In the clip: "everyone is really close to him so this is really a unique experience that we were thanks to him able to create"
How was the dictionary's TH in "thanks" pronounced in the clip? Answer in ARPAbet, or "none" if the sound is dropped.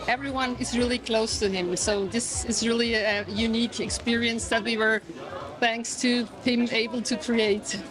TH